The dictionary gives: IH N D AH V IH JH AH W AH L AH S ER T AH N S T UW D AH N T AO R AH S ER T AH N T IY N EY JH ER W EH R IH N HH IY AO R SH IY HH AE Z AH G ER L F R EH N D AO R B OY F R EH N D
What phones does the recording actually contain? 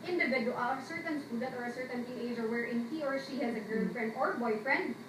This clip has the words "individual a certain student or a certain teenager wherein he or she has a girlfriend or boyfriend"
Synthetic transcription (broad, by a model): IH N D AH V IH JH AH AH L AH S ER T AH N S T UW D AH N T AO R AH S ER T AH N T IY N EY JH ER W EH R IH N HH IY AO R SH IY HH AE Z AH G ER N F R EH N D AO R B OY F R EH N D